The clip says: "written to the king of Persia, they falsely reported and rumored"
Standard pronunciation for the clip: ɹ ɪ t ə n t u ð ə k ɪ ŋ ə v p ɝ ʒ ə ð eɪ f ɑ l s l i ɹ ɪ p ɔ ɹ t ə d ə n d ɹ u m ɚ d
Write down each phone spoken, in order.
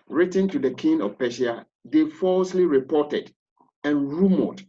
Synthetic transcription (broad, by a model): ɹ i t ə n t u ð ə k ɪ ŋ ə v p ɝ ʃ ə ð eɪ f ɑ l s l i ɹ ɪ p ɔ t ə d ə n ɹ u m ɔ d